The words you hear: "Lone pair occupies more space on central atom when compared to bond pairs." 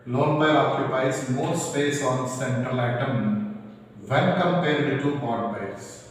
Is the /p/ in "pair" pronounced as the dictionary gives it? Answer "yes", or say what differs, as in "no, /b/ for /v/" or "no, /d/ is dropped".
no, /b/ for /p/